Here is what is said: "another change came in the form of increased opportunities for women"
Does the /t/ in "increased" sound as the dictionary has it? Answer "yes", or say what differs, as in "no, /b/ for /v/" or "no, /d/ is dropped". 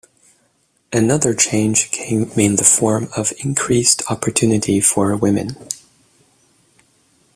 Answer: yes